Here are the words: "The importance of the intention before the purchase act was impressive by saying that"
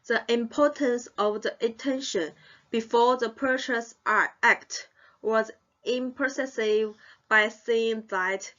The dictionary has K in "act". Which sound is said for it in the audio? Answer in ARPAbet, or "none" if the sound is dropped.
K